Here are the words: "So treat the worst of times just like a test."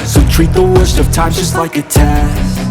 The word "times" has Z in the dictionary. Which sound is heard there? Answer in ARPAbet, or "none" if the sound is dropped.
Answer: none